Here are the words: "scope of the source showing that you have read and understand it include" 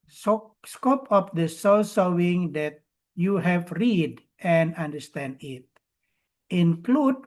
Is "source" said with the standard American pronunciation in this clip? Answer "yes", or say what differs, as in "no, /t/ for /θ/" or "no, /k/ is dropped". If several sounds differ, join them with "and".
no, /l/ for /ɹ/